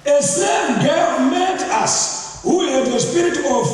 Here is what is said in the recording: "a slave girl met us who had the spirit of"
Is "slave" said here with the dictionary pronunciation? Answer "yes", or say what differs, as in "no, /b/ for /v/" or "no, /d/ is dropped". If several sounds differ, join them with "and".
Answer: no, /l/ is dropped